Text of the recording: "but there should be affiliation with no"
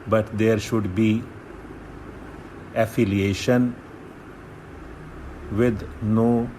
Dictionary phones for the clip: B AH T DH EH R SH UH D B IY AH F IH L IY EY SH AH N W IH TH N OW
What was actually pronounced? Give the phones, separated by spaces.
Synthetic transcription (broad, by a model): B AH T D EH R SH UH D B IY AH F IH L IY EY SH AH N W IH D N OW